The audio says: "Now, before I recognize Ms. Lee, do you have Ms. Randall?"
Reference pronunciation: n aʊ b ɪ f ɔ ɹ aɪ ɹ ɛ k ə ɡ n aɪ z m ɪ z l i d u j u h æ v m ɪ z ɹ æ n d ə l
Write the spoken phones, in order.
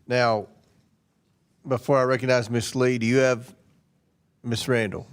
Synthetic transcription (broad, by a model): n aʊ b ɪ f ɔ ɹ aɪ ɹ ɛ k ə ɡ n aɪ z m ɪ s l i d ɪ j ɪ v m ɪ s ɹ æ n d l